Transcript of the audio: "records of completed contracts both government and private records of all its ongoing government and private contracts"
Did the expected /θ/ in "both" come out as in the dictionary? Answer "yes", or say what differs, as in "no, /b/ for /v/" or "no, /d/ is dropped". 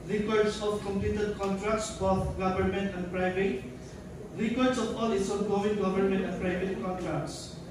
no, /t/ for /θ/